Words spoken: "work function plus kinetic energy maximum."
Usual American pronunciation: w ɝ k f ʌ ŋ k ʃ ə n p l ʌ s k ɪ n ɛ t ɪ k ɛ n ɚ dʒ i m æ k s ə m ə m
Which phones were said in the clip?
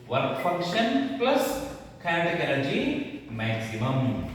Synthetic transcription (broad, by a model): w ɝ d f ʌ ŋ k ʃ ə n p l ʌ s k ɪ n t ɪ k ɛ l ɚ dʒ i m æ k s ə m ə m